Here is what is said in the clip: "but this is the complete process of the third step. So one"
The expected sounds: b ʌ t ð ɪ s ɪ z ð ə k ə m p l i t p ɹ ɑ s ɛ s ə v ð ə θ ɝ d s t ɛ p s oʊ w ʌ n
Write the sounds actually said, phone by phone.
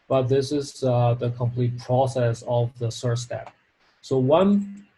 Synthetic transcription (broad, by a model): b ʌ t ð ɪ s ɪ z ð ə k ə m p l i t p ɹ ɑ s ɛ s ə v ð ə s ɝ s t ɛ p s oʊ w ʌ n